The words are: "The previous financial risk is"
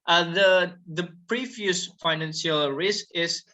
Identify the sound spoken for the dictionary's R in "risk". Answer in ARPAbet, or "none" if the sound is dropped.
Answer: R